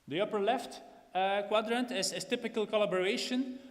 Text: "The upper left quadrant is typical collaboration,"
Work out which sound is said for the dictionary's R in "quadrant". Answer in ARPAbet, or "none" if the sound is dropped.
R